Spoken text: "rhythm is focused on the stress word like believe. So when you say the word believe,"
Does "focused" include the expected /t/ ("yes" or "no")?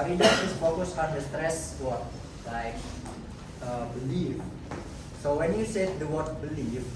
no